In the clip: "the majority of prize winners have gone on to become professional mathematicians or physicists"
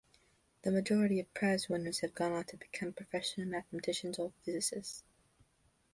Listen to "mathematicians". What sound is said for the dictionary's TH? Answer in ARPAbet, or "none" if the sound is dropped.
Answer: TH